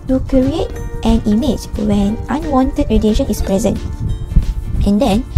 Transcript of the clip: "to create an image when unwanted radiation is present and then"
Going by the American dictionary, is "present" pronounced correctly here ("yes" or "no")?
yes